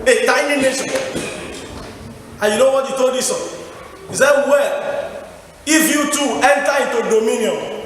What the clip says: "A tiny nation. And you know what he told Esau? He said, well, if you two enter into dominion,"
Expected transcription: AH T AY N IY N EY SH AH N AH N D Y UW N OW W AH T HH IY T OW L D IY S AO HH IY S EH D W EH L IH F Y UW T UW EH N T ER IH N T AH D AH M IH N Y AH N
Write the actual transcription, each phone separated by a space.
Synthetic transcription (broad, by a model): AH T AY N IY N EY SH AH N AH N Y UW N OW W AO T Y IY T OW L D IY S AO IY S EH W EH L IH F Y UW T UW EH N T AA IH T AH D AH M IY N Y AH